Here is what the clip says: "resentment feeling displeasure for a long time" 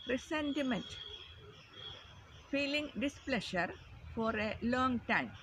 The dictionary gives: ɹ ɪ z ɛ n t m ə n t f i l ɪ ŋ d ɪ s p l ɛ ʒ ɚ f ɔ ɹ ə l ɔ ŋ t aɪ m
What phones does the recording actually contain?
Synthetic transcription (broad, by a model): ɹ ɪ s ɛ n t m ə n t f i l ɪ ŋ d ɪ s p l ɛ ʃ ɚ f ɔ ɹ ə l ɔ ŋ t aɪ m